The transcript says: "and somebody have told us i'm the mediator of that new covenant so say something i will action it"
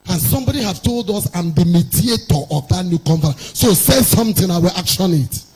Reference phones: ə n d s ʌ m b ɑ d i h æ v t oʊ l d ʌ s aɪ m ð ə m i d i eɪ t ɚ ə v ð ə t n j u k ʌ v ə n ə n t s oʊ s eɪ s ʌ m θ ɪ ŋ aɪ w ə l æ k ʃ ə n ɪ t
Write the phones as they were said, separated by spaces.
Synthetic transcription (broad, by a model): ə n s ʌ m b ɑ d i h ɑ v t oʊ l d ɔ s aɪ m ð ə m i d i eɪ t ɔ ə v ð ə t n j u k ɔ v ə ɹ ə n s oʊ s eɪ s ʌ m t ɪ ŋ aɪ w ə l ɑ k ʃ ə n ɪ t